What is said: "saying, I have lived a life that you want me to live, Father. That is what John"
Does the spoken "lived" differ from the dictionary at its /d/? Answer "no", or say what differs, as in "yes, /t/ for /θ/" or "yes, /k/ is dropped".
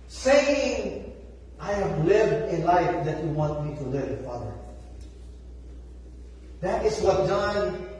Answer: no